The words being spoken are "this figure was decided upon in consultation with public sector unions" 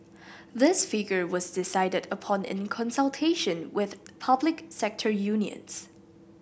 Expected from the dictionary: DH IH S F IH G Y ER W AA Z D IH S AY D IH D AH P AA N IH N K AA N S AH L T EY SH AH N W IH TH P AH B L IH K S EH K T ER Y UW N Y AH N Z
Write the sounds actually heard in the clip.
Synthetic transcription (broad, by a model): DH IH S F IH G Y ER W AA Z D IH S AY D IH D AH P AA N IH N K AA N S AH L T EY SH AH N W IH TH P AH B L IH K S EH K T ER Y UW N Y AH N S